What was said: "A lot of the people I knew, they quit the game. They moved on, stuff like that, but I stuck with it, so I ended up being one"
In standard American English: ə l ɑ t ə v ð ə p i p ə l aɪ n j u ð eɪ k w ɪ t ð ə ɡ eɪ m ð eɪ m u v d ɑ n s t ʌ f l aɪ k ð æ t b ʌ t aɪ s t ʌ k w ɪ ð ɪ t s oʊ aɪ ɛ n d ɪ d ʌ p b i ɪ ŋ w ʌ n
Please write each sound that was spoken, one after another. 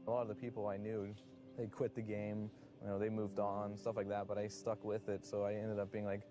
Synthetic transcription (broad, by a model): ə l ɑ t ə v ð ə p i p l aɪ n j u ð eɪ k w ɪ t ð ə ɡ eɪ m ð eɪ m u v d n s t ʌ f l aɪ k ð æ t b ʌ t aɪ s t ʌ k w ɪ ð ɪ t s oʊ aɪ ɛ n d ɪ d ʌ p b i ɪ ŋ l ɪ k